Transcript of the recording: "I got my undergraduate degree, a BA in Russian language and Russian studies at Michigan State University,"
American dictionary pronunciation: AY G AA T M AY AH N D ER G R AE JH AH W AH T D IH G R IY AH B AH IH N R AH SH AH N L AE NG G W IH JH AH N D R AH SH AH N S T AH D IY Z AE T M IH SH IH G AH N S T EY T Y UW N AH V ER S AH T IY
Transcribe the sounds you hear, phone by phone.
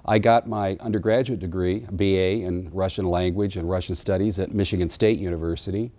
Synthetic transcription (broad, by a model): AY G AA T M AY AH N D ER G R AE JH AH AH T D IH G R IY AH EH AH IH N R AH SH AH N L AE NG G W IH JH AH N R AH SH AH N S T AH D IY Z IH T M IH SH IH G AH N S T EY T Y UW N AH V ER S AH T IY